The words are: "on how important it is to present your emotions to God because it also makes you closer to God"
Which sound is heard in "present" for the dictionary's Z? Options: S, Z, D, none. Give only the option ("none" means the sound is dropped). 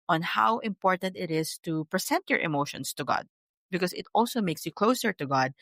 S